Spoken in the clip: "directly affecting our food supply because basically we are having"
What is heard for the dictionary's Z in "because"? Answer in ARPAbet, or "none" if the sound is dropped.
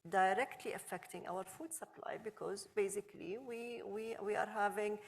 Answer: Z